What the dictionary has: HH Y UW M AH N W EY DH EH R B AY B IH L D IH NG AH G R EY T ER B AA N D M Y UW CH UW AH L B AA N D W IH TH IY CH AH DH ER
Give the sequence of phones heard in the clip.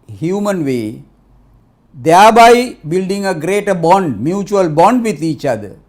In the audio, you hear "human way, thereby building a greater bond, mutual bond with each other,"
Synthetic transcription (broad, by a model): HH Y UW M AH N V EY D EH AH B AY B IH L D IH NG AH G R EY T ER B AA N D M Y UW CH UW AH L B AA N D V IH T IY CH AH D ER